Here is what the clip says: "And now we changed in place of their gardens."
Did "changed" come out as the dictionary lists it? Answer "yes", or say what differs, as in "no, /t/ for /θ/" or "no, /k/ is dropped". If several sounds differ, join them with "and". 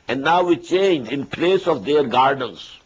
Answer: no, /d/ is dropped